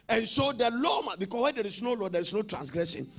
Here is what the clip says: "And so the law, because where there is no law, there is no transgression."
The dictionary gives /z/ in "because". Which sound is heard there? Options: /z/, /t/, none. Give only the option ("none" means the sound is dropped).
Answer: none